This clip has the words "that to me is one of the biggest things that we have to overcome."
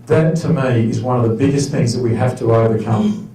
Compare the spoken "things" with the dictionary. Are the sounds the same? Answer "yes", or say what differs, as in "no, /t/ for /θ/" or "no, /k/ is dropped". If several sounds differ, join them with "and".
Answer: yes